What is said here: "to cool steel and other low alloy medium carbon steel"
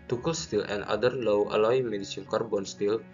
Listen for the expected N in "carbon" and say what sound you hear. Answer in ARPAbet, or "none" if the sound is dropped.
N